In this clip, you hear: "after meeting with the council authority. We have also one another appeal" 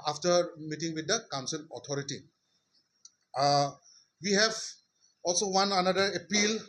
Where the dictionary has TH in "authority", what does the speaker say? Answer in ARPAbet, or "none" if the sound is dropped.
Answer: T